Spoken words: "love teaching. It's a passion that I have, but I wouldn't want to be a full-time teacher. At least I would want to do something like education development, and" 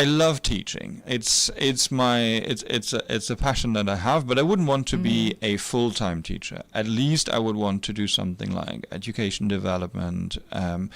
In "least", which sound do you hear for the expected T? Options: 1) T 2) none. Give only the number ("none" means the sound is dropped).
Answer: 1